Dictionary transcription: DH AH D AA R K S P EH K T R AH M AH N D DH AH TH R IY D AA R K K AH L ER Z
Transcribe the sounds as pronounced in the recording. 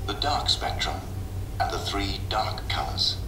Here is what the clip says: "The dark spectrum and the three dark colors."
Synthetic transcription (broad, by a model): DH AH D AA R K S P EH K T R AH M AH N DH AH TH R IY D AA R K K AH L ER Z